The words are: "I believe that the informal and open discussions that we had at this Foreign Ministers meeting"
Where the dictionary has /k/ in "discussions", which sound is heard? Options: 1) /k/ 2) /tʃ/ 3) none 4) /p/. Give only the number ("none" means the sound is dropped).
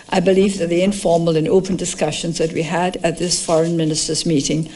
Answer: 1